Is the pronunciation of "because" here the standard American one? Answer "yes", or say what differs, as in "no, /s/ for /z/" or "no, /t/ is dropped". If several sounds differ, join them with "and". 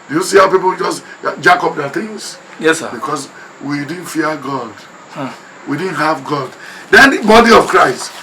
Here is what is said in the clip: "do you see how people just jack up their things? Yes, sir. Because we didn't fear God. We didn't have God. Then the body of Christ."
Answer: no, /s/ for /z/